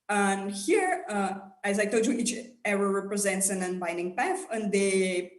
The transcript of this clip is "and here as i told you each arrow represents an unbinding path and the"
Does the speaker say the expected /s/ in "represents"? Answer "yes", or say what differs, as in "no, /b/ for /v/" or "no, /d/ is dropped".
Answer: yes